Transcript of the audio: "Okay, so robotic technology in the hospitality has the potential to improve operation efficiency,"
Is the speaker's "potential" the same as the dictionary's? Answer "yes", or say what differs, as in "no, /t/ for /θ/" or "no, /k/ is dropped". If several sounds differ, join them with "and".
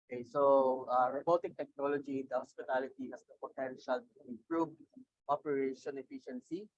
yes